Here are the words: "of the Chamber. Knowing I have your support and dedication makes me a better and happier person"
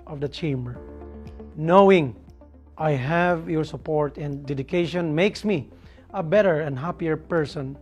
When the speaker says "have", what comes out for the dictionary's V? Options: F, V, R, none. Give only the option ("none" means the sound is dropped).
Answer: V